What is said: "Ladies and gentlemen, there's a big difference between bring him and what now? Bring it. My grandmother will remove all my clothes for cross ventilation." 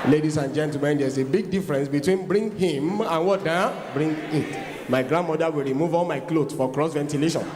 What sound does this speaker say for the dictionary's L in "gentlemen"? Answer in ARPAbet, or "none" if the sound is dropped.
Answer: none